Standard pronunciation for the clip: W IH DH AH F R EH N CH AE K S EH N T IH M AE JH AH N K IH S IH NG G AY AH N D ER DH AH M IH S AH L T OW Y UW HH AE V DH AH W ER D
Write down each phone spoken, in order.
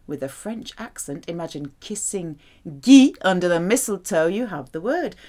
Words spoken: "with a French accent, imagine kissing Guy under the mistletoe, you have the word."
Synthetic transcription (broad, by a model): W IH DH AH F R EH N CH AE K S EH N T IH M AE JH AH N K IH S IH NG G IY AH N D ER DH AH M IH S L T OW Y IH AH V DH AH W ER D